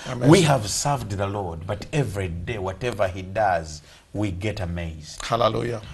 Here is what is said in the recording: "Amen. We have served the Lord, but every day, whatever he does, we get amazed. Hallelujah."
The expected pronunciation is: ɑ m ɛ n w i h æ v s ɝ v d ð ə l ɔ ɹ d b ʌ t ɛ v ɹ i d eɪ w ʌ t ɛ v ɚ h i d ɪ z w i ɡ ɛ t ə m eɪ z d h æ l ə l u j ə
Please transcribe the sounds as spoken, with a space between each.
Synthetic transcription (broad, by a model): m w i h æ v s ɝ v d ð ə l ɔ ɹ d b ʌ t ɛ v ɹ i d eɪ w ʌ t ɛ v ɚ h i d ɪ z w i ɡ ɛ t ə m eɪ z d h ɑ l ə l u j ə